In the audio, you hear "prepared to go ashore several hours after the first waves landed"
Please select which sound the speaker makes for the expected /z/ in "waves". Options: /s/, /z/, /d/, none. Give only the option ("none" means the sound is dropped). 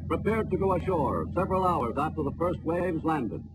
/z/